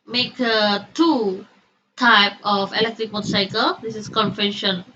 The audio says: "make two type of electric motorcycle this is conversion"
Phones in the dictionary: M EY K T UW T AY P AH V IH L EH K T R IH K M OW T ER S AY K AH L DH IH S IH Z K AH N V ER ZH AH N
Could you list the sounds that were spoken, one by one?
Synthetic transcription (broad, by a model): M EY K T UW T AY P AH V IH L EH K T R IH K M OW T S AY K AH L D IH S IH S K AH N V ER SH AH N